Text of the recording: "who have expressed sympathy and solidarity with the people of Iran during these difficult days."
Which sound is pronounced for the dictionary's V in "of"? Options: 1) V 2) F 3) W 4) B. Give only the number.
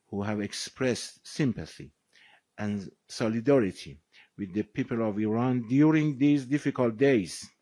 1